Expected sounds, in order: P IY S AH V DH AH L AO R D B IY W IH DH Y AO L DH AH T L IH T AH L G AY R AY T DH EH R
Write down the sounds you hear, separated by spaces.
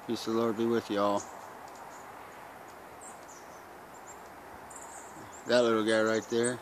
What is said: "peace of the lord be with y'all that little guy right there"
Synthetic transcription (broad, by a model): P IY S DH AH L AO R D B IY W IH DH Y AO L DH AH T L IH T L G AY R AY T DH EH R